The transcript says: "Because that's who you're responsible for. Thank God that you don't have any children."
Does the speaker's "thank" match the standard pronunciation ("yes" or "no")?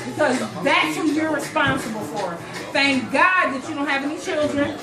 yes